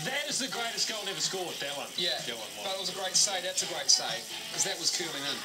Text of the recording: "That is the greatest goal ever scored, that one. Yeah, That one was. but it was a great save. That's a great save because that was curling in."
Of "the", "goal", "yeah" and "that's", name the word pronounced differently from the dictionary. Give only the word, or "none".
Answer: goal